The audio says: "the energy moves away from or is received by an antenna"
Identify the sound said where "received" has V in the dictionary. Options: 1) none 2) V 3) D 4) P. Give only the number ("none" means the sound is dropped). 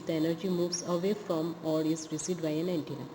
1